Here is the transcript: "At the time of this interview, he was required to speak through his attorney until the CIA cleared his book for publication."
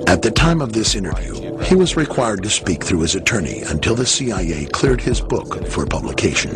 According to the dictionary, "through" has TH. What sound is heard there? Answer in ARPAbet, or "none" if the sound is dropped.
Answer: TH